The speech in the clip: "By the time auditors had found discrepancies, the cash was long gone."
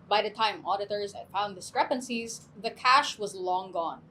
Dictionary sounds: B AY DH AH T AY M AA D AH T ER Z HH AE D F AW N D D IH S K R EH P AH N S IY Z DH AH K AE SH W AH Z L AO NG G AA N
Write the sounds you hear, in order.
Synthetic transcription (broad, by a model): B AY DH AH T AY M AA D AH T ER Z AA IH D F AW N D D IH S K R EH P AH N S IY Z DH AH K AE SH W AH Z L AO NG G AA N